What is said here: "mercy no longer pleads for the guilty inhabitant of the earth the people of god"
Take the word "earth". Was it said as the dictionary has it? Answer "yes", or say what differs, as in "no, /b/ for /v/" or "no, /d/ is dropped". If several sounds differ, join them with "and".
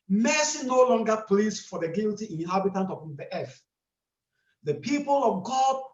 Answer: no, /f/ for /θ/